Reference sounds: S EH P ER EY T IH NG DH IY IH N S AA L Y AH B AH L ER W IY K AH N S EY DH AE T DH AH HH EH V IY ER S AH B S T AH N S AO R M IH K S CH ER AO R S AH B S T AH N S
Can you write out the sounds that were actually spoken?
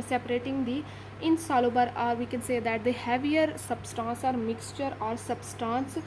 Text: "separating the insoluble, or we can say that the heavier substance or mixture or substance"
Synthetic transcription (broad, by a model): S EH P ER EY T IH NG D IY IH N S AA L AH B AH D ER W IY K AH N S EY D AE T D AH HH EH V IY ER S AH B S T AH N S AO R M IH K S CH ER AO R S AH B S T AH N S